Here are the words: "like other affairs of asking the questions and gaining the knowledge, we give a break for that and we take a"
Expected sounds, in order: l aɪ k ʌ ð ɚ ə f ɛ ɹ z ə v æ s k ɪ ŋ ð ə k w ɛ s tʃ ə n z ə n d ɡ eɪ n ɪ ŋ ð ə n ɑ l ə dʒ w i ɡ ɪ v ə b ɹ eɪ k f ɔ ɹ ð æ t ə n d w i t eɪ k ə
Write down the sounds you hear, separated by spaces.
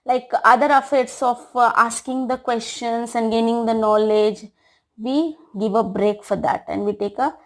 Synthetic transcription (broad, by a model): l aɪ k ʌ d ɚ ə f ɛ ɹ s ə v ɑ s k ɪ ŋ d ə k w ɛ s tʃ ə n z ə n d ɡ eɪ n ɪ ŋ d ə n ɑ l ə dʒ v i ɡ ɪ v ə b ɹ eɪ k f ɔ ɹ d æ t ə n d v i t eɪ k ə